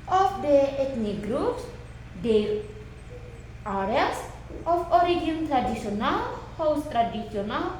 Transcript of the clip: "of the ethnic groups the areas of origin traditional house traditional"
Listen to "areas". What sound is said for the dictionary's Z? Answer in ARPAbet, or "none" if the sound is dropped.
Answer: S